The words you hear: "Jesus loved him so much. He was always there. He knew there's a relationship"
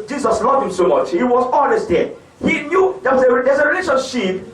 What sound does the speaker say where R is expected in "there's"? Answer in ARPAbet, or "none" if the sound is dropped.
W